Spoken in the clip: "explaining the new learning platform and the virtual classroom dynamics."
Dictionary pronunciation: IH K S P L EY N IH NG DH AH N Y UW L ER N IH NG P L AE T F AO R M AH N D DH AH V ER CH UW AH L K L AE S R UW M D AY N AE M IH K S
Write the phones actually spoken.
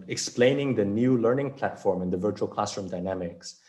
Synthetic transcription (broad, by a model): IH K S P L EY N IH NG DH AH N Y UW L ER N IH NG P L AE T F AO R M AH N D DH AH V ER CH UW AH L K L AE S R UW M D AY N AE M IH K S